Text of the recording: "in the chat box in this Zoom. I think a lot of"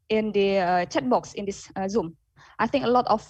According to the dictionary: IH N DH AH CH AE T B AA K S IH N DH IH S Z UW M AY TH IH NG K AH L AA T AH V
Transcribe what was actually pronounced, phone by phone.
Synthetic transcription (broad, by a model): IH N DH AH CH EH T B AA K S IH N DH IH S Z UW M AY TH IH NG K AH L AA T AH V